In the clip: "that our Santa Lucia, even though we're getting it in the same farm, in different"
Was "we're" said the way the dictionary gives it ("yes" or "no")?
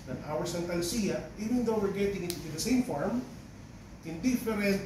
yes